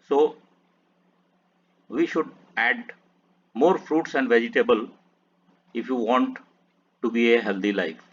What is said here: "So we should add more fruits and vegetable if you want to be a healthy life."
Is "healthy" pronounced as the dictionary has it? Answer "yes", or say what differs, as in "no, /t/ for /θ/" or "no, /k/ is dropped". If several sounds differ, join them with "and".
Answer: no, /t/ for /θ/